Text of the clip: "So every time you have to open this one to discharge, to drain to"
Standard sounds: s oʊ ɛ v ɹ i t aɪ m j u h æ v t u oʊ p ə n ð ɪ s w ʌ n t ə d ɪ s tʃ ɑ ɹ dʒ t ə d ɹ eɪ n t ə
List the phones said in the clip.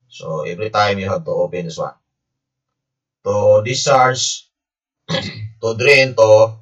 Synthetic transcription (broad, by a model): s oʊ ɛ v ɹ i t aɪ m j u h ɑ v t u oʊ p ə n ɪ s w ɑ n t ə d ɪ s ɑ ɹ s t ə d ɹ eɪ n t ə